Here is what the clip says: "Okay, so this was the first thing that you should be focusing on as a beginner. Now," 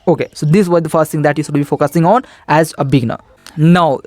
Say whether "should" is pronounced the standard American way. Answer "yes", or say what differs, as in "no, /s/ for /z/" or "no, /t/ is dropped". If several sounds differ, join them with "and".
no, /s/ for /ʃ/